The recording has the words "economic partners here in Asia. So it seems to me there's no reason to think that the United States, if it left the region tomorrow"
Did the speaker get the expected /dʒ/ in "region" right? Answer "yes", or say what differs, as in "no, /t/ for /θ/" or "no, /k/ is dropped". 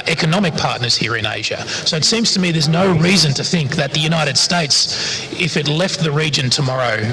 yes